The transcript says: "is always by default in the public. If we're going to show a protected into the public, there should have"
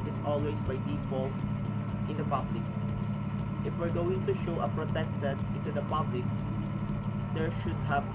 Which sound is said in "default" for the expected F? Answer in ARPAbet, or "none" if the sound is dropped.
P